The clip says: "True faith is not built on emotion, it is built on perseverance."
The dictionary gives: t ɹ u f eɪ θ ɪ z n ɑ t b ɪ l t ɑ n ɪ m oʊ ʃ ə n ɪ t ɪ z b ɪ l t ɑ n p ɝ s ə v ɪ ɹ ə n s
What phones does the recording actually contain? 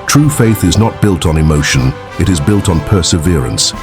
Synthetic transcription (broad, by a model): t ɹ u f eɪ θ ɪ z n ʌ t b ɪ l t n ɪ m oʊ ʃ ə n ɪ t ɪ z b ɪ l t n p ɝ s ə v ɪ ɹ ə n s